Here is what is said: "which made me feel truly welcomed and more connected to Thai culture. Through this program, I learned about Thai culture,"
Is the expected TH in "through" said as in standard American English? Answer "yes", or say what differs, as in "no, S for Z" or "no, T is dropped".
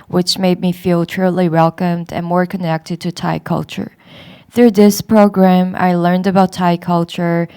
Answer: yes